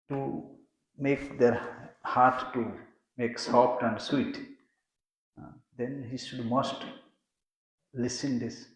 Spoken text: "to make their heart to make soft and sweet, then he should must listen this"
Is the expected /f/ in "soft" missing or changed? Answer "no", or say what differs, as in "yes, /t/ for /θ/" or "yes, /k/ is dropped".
yes, /p/ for /f/